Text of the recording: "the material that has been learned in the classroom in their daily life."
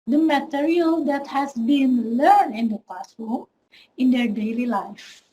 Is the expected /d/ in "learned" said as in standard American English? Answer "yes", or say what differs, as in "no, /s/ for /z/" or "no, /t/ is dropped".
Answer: no, /d/ is dropped